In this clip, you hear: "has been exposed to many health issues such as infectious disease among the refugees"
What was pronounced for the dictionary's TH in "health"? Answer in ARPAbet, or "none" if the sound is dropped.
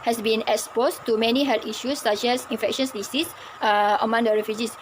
T